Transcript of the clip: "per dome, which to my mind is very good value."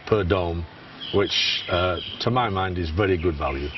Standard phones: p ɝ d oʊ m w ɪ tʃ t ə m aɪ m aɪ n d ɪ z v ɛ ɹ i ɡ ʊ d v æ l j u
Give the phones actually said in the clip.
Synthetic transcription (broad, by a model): p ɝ d oʊ m w ɪ tʃ t ə m aɪ m aɪ n d ɪ z v ɛ ɹ i ɡ ʊ d v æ l j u